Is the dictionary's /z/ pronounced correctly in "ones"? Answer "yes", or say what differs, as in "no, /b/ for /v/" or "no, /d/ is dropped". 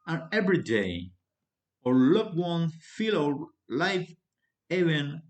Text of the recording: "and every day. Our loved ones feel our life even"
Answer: no, /z/ is dropped